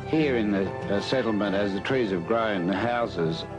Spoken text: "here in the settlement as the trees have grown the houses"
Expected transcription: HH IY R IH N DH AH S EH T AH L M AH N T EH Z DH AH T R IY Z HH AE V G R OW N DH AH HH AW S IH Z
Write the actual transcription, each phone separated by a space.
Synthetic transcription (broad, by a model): HH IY R IH N DH AH S EH T L M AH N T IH Z DH AH T R IY Z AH V G R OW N DH AH HH AW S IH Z